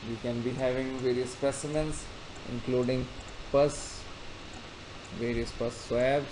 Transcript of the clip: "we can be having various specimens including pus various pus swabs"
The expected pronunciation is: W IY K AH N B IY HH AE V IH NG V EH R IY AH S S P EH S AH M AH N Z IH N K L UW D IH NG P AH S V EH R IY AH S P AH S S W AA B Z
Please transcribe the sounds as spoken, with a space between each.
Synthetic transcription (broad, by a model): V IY K AH N B IY HH AE V IH NG V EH R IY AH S S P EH S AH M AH N S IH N K L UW D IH NG P AH S V EH R IY AH S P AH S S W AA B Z